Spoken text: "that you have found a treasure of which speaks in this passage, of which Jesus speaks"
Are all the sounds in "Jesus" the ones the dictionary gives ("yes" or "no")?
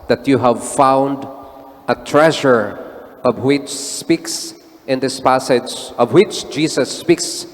no